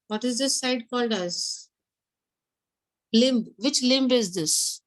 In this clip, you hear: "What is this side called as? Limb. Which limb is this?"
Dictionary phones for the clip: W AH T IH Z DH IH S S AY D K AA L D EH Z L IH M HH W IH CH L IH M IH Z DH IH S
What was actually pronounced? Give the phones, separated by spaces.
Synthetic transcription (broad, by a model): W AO T IH Z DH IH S S AY D K AA L D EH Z L IH M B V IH CH L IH M IH Z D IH S